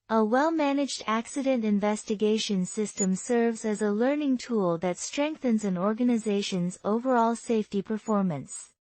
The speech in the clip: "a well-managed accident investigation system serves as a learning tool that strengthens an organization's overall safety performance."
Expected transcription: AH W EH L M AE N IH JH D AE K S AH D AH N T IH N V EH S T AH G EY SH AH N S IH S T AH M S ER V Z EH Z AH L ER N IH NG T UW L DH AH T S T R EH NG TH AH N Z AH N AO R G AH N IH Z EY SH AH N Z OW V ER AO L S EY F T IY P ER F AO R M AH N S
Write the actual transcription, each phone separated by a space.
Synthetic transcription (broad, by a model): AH W EH L M AE N IH JH D AE K S AH D AH N T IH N V EH S T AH G EY SH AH N S IH S T AH M S ER V Z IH Z AH L ER N IH NG T UW L DH AH T S T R EH NG TH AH N Z AH N AO R G AH N IH Z EY SH AH N Z OW V ER AO L S EY F T IY P ER F AO R M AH N S